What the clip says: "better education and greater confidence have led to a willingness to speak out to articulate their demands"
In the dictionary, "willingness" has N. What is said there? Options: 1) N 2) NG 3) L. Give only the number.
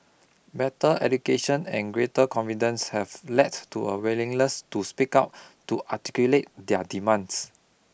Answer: 3